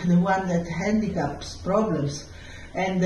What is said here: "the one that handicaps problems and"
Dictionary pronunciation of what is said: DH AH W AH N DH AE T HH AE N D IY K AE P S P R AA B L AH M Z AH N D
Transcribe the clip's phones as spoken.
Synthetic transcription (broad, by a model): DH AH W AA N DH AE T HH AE N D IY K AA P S P R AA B L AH M S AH N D